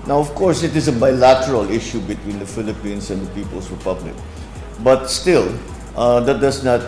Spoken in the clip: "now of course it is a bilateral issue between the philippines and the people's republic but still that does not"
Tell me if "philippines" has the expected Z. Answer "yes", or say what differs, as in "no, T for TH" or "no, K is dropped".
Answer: no, S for Z